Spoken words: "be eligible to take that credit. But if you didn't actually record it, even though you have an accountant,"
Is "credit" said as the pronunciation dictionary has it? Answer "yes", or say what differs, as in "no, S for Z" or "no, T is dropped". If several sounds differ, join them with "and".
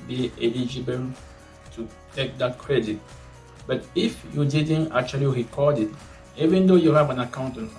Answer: yes